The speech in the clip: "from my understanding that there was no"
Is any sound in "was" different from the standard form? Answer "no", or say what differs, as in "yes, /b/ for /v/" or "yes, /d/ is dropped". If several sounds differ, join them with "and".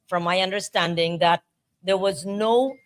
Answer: no